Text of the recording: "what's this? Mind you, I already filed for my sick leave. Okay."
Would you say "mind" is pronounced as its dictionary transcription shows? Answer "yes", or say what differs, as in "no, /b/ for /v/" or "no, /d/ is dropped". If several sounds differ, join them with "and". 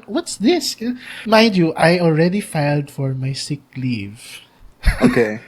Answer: no, /n/ is dropped